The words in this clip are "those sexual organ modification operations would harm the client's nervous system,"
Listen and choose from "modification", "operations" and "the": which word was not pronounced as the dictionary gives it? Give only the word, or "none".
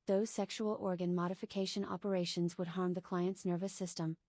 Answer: none